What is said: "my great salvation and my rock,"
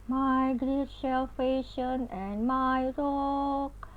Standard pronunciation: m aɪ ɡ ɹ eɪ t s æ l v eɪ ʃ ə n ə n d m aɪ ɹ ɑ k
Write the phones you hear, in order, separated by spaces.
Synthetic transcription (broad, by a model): m aɪ ɡ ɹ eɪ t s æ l f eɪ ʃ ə n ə n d m aɪ ɹ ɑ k